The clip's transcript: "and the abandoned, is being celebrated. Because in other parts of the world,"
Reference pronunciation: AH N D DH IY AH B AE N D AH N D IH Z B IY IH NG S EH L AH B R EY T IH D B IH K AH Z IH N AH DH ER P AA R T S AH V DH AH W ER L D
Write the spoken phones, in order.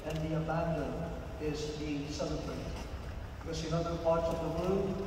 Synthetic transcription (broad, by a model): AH N DH IY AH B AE N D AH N IH Z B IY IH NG S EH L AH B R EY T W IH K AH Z IH N AH DH ER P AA R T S AH V DH AH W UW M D